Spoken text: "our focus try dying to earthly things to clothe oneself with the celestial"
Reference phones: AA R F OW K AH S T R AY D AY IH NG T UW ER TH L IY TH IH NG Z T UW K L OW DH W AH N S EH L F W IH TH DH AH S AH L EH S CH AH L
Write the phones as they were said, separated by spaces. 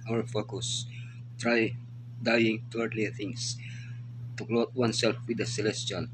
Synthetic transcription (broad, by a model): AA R F OW K AH S T R AY D AY IH NG T UW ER T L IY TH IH NG S T UW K L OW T W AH N S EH L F W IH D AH S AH L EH S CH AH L